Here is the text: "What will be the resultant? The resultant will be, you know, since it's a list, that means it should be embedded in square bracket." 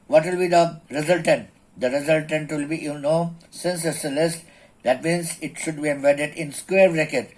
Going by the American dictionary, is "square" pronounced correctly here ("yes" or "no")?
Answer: yes